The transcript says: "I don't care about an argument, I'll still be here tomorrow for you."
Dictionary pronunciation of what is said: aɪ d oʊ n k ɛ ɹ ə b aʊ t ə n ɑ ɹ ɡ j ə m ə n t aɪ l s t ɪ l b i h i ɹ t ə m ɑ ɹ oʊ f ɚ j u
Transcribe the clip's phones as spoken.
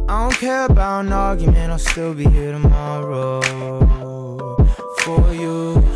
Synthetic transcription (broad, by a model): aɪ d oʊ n k ɛ ɹ ə b aʊ t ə n ɑ ɹ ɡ j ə m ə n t aɪ l s t ɪ l b i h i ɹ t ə m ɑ ɹ oʊ f ɚ j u